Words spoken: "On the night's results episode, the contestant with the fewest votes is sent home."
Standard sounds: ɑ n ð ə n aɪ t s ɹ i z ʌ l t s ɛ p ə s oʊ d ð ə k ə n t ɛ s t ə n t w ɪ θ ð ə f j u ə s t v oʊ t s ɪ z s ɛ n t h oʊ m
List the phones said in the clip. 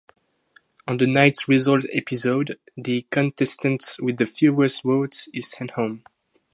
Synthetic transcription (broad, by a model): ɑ n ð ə n aɪ t s ɹ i z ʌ l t ɛ p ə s oʊ d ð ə k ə n t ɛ s t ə n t w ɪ ð ə f j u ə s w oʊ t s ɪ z s ɛ n t h oʊ m